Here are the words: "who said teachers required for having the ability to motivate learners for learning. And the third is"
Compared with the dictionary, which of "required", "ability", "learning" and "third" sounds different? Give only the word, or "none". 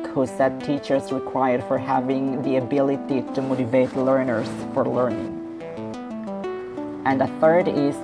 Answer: none